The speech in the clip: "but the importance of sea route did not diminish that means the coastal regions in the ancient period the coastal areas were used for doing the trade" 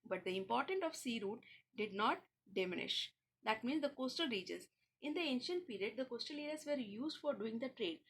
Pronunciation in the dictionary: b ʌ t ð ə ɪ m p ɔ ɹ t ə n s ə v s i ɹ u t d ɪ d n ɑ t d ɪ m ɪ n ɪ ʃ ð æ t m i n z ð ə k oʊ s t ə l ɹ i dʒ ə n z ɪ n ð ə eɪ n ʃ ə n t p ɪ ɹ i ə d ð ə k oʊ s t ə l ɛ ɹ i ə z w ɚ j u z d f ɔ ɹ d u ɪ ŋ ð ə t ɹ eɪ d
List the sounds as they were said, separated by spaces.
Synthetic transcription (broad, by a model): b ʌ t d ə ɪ m p ɔ ɹ t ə n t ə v s i ɹ u t d ɪ d n ɑ t d ɪ m ɪ n ɪ ʃ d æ t m i n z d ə k oʊ s t ə l ɹ i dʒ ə z ɪ n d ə eɪ n ʃ ə n t p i ɹ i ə d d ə k oʊ s t ə l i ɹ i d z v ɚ j u z d f ɔ ɹ d u ɪ ŋ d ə t ɹ eɪ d